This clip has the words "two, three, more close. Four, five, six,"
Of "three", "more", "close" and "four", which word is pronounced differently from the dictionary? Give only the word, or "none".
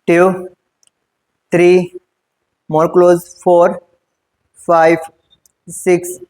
three